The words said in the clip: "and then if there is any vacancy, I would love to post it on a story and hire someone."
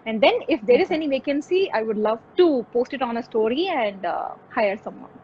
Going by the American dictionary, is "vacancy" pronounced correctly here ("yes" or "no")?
yes